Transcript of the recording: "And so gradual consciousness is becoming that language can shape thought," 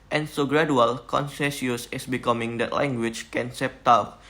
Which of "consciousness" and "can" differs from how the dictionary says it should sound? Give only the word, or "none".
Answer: consciousness